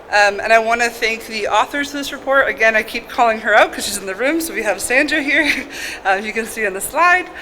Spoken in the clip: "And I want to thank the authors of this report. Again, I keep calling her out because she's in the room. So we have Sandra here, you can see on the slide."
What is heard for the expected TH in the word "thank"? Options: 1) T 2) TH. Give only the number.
2